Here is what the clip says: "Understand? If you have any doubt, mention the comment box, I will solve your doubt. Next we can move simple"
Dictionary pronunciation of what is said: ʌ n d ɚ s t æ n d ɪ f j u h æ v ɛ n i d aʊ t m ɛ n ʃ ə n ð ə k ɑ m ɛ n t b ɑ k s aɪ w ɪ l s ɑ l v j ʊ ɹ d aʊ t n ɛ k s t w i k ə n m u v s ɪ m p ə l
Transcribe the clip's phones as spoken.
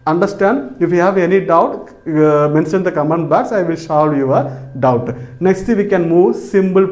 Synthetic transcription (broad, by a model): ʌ n d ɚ s t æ n d ɪ f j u h æ v ɛ n i d aʊ t m ɛ n ʃ ə n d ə k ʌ m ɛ n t b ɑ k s aɪ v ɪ l ʃ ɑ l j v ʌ ɹ d aʊ t n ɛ k s t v i k ə n m u v s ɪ m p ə l